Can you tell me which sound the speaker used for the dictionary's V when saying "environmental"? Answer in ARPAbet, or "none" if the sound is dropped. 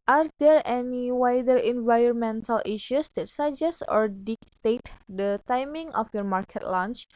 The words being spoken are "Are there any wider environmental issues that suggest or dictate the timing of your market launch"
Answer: V